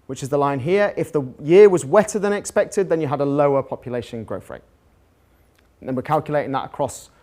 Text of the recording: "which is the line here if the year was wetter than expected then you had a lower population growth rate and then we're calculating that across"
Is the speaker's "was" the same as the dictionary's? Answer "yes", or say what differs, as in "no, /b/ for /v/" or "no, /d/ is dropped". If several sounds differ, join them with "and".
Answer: yes